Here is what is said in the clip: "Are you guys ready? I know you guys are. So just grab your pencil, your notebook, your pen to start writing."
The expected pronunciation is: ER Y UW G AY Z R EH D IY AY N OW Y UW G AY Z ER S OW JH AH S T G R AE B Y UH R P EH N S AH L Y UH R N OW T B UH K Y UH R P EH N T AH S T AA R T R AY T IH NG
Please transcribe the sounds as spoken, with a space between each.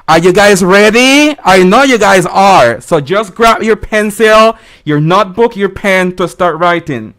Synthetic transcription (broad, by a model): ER Y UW G AY Z R EH D IY AY N OW Y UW G AY Z ER S OW JH AH S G R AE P Y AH R P EH N S AH L Y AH R N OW T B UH K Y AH R P EH N T AH S T AA R T R AY T IH NG